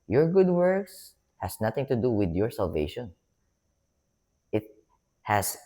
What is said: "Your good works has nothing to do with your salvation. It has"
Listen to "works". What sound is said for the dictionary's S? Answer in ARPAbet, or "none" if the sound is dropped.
S